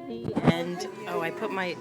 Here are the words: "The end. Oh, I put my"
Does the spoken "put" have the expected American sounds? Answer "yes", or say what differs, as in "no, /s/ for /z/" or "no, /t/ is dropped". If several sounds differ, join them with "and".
yes